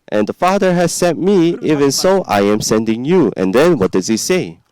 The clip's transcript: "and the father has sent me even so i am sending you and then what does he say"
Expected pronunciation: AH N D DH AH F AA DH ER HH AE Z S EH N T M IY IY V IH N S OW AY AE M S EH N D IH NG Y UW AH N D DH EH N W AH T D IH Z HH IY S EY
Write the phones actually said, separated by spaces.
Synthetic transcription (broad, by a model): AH N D AH F AA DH ER HH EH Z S EH T M IY IY V IH N S OW AY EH M S EH N D IH NG Y UW AH N D EH N W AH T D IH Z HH IY S EY